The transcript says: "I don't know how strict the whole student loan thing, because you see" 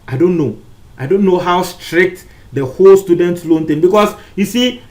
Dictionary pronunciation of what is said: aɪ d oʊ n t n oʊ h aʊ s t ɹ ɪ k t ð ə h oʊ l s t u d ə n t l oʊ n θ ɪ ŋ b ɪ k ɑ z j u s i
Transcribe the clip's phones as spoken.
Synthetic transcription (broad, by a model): aɪ d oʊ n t n oʊ h aʊ s t ɹ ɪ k t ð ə h oʊ l s t u d ə n t l oʊ n t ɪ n b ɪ k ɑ s j u s i